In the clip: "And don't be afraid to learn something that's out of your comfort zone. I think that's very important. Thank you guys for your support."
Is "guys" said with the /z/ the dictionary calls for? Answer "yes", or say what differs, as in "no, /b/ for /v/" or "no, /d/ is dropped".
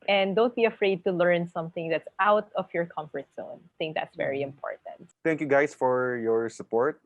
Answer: no, /s/ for /z/